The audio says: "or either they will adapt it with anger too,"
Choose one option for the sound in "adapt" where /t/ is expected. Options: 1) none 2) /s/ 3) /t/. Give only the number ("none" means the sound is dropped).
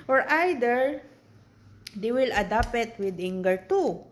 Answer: 1